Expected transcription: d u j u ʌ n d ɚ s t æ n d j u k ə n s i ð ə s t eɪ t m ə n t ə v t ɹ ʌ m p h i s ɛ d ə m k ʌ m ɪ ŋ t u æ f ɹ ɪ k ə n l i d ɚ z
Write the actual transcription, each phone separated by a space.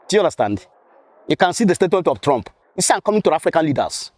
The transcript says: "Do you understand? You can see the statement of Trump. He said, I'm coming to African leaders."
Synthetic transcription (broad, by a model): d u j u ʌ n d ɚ s t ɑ n d j u k ə n s i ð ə s t eɪ t m ə n t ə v t ɹ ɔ m p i s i ə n k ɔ m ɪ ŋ t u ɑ f ɹ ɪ k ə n l i d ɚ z